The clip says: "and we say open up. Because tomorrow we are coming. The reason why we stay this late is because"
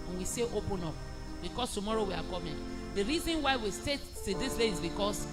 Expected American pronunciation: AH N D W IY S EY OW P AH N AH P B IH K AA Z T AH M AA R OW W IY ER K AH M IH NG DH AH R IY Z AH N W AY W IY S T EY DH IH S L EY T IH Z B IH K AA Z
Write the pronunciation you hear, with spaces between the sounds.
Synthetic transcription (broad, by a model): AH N W IY S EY OW P AH N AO P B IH K AA S T AH M AA R OW W IY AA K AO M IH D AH R IY Z AH N W AY W IY S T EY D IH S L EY IH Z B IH K AA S